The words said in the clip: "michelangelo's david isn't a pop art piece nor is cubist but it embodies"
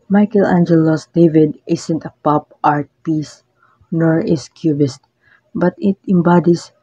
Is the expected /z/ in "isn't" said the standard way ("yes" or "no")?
no